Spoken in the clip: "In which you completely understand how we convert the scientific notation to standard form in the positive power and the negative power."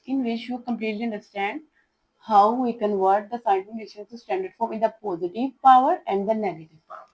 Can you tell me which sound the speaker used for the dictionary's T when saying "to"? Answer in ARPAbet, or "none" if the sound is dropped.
S